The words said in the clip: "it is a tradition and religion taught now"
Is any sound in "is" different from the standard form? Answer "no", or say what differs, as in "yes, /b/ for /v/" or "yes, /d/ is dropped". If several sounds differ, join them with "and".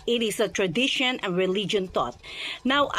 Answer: yes, /s/ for /z/